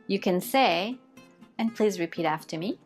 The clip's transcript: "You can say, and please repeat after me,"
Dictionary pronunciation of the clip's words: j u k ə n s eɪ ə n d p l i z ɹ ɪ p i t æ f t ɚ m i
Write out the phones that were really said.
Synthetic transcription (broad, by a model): j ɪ k ə n s eɪ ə n p l i z ɹ ɪ p i t æ f t ɚ m i